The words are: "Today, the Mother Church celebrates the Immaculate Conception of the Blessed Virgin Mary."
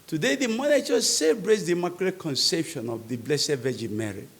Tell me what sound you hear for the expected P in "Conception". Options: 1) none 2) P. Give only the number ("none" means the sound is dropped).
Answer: 2